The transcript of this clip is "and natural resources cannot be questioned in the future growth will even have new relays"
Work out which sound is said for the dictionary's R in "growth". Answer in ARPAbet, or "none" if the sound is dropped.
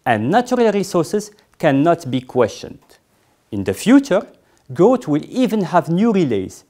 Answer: none